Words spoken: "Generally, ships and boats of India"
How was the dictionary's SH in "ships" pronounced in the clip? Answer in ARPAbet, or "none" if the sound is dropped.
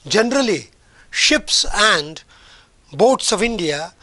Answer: SH